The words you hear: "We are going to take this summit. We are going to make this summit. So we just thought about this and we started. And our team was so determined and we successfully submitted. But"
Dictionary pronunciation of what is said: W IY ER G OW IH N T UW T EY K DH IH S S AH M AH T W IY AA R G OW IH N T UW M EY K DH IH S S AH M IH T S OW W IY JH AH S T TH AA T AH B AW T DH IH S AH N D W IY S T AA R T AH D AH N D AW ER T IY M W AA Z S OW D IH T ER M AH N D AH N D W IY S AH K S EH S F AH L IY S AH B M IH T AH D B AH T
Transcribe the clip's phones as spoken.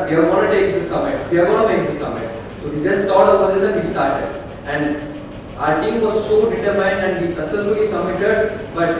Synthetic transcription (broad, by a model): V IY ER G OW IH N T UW T EY K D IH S S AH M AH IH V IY AA R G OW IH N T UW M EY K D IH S S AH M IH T S OW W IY JH AH S T T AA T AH AO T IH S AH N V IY S T AA R T AH D AH N D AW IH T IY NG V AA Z S OW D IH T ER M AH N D AH N D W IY S AH K S EH S F AH L IY S AH B M IH T AH D B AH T